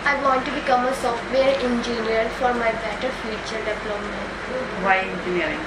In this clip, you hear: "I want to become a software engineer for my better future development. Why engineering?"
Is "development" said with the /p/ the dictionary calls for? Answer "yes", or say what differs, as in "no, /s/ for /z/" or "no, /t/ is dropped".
no, /p/ is dropped